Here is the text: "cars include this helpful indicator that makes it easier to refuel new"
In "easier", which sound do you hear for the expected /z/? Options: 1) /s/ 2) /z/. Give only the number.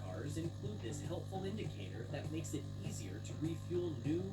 2